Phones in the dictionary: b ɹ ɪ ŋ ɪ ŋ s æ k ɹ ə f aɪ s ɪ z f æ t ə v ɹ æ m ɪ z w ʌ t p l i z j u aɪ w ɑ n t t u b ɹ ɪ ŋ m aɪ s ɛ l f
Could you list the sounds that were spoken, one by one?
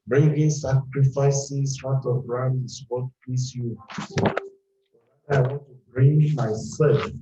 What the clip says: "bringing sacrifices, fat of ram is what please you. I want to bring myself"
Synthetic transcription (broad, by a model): b ɹ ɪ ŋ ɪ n s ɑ k ɹ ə f aɪ s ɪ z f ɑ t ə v ɹ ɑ ɪ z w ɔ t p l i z j u aɪ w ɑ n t t u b ɹ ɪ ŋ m aɪ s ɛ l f